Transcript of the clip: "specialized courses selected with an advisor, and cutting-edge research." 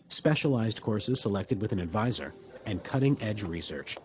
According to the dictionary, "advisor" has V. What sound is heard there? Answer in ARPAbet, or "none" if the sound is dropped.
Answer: V